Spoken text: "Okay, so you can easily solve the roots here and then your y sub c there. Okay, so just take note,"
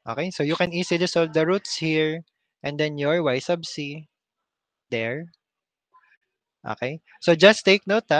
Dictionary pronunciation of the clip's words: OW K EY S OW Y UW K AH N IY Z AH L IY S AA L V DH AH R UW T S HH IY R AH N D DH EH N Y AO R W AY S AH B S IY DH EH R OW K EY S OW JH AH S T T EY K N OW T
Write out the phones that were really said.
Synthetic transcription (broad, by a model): OW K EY S OW Y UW K AH N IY S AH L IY S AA L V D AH R UW T S HH IY R AH N D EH N Y AO R W AY S AH B S IY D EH R OW K EY S OW JH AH S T T EY K N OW T